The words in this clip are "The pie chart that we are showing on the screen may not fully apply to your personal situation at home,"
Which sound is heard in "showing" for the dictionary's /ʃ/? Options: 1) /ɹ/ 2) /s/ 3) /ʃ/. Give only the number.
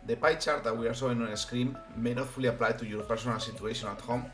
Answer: 2